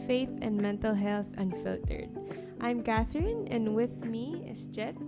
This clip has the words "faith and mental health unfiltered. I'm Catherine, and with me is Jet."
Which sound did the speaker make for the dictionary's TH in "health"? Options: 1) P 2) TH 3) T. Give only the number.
2